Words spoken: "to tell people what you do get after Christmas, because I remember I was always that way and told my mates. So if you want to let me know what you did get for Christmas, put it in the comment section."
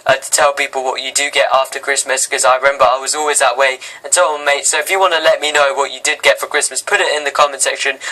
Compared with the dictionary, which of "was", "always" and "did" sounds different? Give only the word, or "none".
none